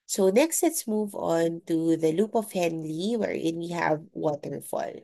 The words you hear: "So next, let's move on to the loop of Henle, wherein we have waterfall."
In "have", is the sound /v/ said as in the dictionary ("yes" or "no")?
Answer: yes